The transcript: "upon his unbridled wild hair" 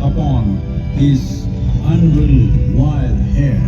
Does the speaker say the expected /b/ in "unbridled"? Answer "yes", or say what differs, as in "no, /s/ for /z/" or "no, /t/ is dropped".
no, /b/ is dropped